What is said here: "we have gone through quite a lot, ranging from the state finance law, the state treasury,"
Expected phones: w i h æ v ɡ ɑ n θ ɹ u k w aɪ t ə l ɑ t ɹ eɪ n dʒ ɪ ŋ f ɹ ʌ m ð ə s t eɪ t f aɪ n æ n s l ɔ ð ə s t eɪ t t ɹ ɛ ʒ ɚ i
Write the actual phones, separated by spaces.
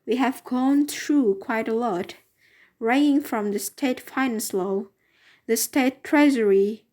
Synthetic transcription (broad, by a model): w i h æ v ɡ ɑ n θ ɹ u k w aɪ t ə l ɑ t ɹ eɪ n ɪ ŋ f ɹ ʌ m ð ə s t eɪ t f aɪ n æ n s l ɔ ð ə s t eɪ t t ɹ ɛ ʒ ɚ i